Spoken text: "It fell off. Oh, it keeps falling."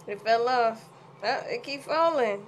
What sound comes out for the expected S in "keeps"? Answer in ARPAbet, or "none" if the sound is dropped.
none